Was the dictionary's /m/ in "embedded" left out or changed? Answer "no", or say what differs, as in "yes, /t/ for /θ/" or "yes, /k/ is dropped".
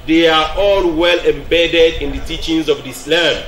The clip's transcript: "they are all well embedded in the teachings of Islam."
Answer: no